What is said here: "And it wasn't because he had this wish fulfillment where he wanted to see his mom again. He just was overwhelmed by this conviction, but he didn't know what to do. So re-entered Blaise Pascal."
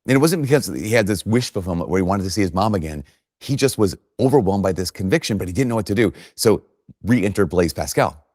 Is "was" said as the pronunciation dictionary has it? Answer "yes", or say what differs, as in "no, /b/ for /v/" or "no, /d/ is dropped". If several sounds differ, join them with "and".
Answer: yes